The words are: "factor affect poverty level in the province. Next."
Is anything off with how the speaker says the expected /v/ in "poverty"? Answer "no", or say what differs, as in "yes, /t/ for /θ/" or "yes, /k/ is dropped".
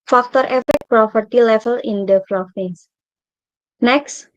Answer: yes, /p/ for /v/